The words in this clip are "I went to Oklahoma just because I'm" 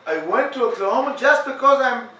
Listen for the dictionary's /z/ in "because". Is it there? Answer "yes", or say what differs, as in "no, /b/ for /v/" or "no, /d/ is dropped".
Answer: yes